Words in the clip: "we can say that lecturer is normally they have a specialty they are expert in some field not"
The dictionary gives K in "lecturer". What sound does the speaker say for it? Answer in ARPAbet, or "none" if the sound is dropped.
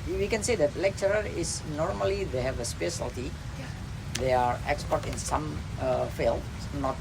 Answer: K